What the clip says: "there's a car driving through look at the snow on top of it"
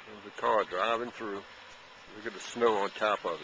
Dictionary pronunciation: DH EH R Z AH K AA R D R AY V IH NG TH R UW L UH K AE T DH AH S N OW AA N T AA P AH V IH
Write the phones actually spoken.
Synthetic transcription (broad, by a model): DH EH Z AH K AA R D R AY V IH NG TH R UW W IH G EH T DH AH S N OW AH N T AA P AH V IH